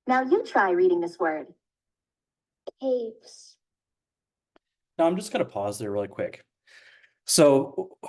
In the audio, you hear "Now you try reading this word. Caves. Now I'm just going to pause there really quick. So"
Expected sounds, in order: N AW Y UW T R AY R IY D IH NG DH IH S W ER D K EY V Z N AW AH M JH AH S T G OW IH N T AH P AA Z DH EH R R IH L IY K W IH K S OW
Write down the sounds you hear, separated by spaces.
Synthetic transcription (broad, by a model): N AW Y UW T R AY R IY D IH NG DH IH S W ER D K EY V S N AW AH M JH AH S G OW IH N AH P AA Z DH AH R R IH L IY K W IH K S OW